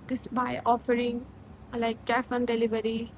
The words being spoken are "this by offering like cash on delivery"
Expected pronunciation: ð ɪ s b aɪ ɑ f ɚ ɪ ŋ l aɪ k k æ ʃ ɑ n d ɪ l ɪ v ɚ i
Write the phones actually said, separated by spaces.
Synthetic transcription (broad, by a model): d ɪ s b aɪ ɑ f ɚ ɪ ŋ l aɪ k k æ s ɑ n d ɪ l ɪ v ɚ i